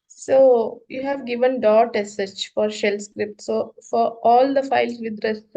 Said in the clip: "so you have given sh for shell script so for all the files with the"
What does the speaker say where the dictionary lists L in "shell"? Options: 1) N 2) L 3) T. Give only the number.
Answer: 2